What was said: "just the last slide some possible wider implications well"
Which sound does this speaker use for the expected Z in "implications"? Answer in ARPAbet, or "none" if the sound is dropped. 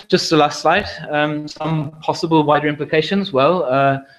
Z